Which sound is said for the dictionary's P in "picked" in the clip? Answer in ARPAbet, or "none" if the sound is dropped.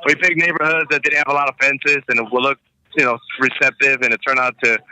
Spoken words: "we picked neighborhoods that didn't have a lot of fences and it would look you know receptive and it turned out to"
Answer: B